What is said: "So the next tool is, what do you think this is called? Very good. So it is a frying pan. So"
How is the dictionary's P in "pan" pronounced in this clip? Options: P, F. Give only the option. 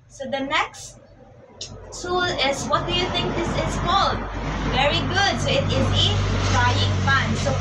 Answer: F